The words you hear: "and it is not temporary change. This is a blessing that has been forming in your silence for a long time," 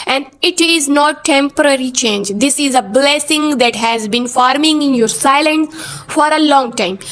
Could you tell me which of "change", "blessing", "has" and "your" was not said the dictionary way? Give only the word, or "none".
none